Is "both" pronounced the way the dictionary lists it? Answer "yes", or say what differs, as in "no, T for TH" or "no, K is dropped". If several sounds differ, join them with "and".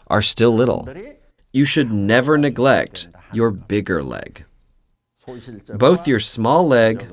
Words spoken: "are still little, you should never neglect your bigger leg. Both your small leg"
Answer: yes